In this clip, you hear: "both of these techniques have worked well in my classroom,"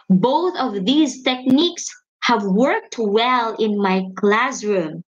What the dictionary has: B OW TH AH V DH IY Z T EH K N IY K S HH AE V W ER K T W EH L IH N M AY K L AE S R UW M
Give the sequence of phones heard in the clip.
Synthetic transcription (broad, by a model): B OW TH AH V DH IY Z T EH K N IY K S HH AE V W ER K T W EH L IH N M AY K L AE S R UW M